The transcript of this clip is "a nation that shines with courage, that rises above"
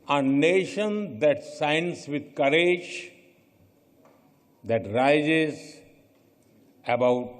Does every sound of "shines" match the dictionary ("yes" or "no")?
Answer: no